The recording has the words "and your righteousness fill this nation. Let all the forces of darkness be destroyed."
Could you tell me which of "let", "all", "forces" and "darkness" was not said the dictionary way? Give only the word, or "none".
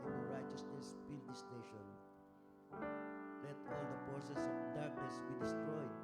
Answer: forces